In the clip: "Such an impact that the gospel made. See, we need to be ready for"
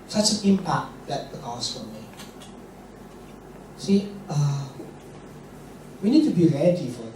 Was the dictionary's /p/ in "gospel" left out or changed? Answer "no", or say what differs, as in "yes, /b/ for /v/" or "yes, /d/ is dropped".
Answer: yes, /f/ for /p/